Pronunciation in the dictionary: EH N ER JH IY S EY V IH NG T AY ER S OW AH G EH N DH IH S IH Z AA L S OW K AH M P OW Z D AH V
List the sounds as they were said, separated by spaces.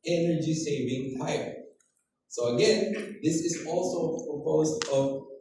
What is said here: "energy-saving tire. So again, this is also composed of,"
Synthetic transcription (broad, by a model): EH N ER JH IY S EY V IH NG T AY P S OW AH G EH N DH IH S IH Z AA L S OW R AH P OW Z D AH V